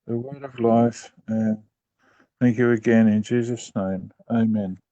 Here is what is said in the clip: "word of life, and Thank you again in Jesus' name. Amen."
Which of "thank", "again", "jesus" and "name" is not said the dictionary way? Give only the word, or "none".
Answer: none